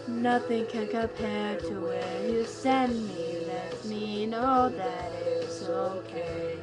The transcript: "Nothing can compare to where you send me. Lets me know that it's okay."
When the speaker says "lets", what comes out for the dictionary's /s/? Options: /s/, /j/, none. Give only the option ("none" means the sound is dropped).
none